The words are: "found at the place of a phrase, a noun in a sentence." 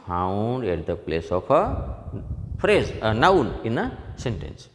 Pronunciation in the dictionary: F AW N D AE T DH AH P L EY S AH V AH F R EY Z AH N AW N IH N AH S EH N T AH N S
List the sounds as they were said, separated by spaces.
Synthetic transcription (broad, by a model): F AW N D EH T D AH P L EY S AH P AH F R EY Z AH N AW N IH N AH S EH N T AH N S